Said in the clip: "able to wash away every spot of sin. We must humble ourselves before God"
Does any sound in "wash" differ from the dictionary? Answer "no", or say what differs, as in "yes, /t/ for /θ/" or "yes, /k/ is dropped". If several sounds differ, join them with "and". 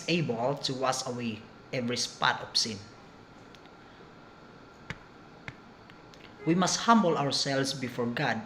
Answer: yes, /s/ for /ʃ/